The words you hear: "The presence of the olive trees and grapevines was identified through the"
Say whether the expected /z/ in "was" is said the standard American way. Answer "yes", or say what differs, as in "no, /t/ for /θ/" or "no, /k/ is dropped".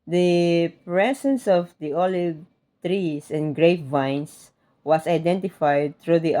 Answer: no, /s/ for /z/